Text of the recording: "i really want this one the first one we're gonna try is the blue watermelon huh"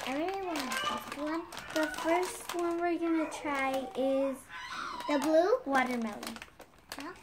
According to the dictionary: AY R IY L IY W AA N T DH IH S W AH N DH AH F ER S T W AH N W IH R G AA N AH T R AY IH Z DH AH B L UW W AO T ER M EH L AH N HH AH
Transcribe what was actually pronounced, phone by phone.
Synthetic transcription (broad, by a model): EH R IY IY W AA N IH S W AH N DH AH F ER S T W AH N W IH R G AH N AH T R AY IH Z DH AH B L UW W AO T ER M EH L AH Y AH